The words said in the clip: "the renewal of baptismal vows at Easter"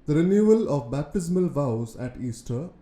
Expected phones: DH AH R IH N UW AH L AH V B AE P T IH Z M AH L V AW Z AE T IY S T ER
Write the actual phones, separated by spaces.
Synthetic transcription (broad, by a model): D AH R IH N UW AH L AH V B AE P T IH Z M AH L V AW Z AE T IY S T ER